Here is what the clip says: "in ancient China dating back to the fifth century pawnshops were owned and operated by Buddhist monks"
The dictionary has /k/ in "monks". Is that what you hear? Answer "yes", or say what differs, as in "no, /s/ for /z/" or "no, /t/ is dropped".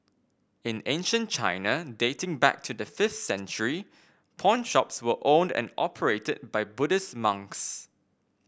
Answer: yes